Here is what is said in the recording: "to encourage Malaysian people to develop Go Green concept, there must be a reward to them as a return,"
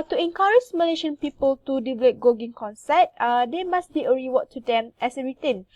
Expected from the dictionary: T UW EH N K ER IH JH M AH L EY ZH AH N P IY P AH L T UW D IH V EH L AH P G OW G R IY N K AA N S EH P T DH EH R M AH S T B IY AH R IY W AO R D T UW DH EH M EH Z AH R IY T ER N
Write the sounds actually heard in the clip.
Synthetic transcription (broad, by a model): T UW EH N K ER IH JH M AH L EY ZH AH N P IY P AH L T UW D IH V EH L AH P G OW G IY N K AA N S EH T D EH M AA S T B IY AH R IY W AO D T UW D EH M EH S AH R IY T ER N